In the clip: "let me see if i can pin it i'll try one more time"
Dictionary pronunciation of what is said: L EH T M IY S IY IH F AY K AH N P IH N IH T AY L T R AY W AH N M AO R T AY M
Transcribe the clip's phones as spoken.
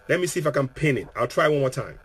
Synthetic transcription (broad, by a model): L EH T M IY S IY IH F AY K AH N P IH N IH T AY L T R AY W AH N M AO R T AY M